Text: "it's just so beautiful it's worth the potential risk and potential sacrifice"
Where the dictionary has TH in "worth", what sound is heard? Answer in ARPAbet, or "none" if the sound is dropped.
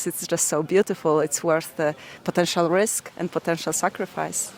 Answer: TH